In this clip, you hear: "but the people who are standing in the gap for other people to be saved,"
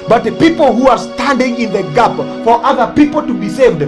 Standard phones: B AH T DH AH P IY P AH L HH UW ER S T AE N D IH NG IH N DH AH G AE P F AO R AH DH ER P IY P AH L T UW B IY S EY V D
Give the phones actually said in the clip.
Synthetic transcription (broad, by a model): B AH T DH AH P IY P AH L HH UW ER S T AE N D IH NG IH N DH AH G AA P F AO R AH DH ER P IY P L T UW B IY S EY V D